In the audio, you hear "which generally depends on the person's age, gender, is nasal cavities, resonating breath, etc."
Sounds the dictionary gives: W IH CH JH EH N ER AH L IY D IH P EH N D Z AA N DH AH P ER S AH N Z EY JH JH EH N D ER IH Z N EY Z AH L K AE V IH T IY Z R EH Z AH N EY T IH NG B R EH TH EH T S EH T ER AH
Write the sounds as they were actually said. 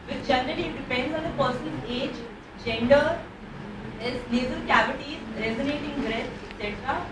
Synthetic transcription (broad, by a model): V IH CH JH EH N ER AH N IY D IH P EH N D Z AA N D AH P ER S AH N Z EY JH JH EH N D ER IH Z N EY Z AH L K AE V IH T IY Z R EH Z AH N EY T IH NG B R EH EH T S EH T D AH